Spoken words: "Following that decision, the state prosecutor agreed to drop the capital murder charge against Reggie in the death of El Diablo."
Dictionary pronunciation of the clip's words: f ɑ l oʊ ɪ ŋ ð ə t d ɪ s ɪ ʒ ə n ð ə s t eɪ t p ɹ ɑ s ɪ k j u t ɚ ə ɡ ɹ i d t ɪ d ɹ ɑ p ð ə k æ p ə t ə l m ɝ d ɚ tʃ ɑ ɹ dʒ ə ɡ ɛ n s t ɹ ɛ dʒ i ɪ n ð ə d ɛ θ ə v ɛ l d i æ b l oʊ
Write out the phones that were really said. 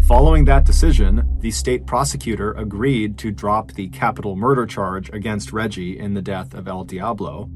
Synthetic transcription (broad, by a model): f ɑ l oʊ ɪ ŋ ð ə t d ɪ s ɪ ʒ ə n ð ə s t eɪ t p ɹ ɑ s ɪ k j u t ɚ ə ɡ ɹ i d t ɪ d ɹ ɑ p ð ə k æ p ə t l m ɝ d ɚ tʃ ɑ ɹ dʒ ə ɡ ɛ n s t ɹ ɛ dʒ i ɪ n ð ə d ɛ θ ə v ɛ l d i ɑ b l oʊ